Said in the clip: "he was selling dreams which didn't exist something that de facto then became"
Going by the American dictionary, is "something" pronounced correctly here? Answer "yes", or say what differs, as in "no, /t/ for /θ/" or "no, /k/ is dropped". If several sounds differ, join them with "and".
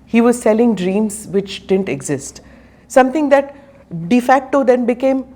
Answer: no, /t/ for /θ/